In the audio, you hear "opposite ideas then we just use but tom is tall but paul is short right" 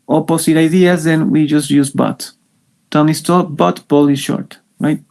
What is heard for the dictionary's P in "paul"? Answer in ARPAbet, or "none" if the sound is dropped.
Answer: B